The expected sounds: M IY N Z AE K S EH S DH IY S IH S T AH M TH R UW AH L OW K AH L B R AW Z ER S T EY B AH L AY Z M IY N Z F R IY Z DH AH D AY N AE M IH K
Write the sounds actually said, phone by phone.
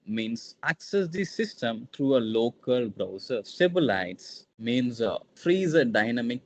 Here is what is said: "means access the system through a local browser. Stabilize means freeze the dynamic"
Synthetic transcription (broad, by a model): M IY N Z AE K S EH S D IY S IH S T AH M T R UW AH L OW K AH L B R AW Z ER S T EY B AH L AY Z M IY N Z F R IY Z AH D AY N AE M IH K